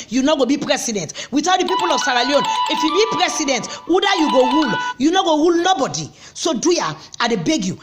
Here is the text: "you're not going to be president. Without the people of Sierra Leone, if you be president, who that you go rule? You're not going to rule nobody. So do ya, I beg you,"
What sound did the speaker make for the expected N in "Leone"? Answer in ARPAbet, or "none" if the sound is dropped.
N